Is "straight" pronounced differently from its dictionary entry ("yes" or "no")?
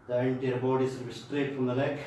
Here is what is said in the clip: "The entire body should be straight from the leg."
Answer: no